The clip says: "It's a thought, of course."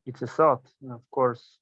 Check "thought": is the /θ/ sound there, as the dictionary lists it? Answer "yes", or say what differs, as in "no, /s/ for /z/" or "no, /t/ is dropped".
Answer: no, /s/ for /θ/